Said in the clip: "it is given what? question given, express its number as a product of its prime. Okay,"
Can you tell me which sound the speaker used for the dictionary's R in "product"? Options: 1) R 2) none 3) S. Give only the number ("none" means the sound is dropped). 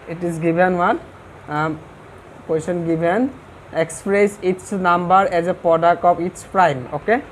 1